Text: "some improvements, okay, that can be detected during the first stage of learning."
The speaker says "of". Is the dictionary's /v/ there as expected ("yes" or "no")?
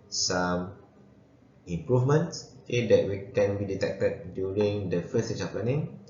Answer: no